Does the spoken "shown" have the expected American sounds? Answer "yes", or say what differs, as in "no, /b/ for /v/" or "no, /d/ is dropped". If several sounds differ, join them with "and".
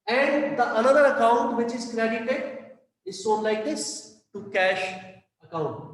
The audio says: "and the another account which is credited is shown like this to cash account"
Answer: no, /s/ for /ʃ/